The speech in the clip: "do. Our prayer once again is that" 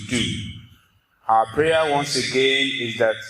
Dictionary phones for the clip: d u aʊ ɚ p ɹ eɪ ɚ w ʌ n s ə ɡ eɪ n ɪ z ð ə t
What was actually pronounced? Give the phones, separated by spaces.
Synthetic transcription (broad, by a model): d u aʊ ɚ p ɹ eɪ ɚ w ʌ n s ə ɡ eɪ n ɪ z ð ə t